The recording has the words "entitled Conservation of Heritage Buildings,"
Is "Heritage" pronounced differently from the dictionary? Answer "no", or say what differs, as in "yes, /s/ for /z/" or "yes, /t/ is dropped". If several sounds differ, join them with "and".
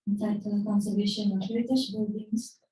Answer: yes, /ʃ/ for /dʒ/